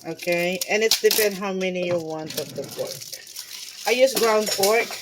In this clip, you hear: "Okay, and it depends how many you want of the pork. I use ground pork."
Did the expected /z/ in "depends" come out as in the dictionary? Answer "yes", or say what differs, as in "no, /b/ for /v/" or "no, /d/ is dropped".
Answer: no, /z/ is dropped